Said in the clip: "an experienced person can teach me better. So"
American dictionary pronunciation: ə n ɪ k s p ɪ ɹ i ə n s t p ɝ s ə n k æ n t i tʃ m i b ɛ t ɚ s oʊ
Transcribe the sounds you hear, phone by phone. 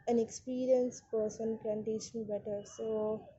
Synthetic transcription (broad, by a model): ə n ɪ k s p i ɹ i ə n s p ɝ s ə n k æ n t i s m i b ɛ t ɚ s oʊ